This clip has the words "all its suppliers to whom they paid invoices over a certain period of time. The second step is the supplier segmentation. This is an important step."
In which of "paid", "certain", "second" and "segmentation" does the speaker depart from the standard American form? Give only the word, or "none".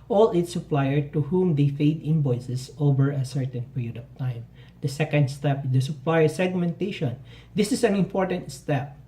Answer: paid